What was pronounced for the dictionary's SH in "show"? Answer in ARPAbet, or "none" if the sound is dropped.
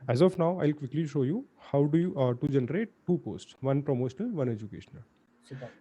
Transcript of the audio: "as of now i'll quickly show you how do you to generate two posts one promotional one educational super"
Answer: SH